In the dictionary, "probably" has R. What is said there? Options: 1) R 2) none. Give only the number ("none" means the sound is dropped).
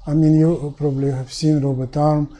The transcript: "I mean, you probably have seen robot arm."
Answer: 1